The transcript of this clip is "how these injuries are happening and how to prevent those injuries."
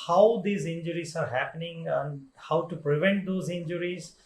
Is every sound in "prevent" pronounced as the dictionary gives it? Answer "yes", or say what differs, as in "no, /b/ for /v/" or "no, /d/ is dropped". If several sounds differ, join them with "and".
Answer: yes